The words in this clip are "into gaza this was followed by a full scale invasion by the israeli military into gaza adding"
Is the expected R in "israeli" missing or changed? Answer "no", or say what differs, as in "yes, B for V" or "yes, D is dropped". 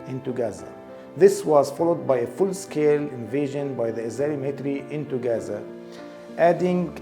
yes, R is dropped